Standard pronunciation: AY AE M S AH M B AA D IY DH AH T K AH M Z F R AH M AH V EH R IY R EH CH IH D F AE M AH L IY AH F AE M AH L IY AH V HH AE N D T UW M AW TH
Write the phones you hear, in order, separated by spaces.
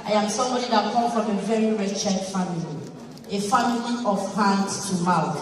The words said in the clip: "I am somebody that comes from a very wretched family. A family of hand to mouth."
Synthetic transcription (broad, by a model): AY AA M S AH M B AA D IY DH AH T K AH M F R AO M AH V EH R IY R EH CH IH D F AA M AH L IY AH F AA M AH L IY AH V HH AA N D T UW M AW